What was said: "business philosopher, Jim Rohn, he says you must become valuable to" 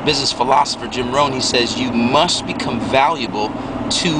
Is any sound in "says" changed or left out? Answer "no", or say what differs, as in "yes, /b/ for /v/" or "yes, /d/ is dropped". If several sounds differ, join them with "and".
no